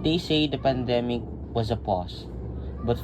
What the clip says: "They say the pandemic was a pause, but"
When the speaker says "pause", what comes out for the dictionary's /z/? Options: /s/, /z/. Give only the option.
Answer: /s/